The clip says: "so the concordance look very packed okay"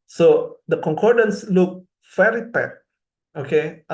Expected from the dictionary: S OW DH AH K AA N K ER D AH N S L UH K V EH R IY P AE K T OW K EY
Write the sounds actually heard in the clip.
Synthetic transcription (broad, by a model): S OW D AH K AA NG K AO D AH N S L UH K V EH R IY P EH T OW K EY